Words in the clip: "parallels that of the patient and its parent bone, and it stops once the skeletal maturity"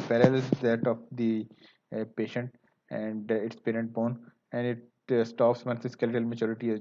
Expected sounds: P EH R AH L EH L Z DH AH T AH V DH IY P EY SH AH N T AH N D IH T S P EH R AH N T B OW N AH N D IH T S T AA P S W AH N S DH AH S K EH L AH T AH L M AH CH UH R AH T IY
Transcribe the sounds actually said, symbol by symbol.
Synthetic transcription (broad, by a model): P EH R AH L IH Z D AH T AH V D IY P EY SH AH N T AH N D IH T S P EH R AH N T B OW N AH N D IH T S T AA P S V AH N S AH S K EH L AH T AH L M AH CH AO R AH T IY